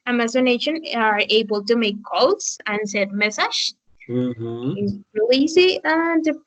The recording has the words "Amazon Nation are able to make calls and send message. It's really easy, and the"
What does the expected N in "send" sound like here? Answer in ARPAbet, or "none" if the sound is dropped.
none